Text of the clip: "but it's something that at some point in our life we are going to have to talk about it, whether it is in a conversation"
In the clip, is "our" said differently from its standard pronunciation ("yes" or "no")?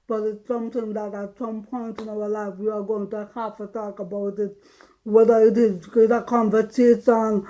yes